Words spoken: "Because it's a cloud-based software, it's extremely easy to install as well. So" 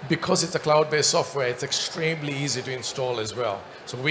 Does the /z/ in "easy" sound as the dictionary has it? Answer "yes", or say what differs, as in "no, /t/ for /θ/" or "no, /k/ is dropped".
yes